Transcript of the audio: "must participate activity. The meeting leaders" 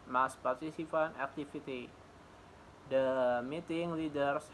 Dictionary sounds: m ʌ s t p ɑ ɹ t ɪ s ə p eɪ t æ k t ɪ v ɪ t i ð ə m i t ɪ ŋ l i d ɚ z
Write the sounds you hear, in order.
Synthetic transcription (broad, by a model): m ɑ s p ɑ ɹ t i s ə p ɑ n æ k t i f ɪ t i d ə m i t ɪ ŋ l i d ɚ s